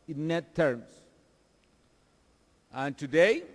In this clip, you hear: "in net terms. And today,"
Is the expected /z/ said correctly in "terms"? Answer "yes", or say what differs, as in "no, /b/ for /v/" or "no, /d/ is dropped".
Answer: no, /s/ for /z/